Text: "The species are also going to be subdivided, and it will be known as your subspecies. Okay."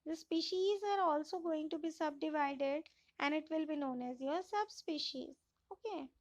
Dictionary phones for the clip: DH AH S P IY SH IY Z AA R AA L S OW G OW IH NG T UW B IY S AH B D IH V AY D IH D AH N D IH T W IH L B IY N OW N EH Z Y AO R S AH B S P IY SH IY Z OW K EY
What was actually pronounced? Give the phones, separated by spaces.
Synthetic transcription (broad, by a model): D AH S P IY SH IY Z AA R AA L S OW G OW IH NG T UW B IY S AH B D IH V AY D IH D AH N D IH T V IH L B IY N OW N EH Z Y AO R S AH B S P IY SH IY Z OW K EY